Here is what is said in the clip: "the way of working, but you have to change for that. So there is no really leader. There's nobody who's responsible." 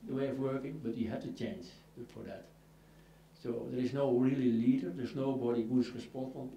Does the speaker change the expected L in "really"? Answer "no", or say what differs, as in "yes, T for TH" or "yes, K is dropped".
no